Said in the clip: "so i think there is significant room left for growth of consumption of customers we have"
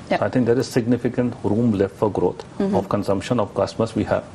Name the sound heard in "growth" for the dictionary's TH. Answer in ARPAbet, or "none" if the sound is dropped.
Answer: T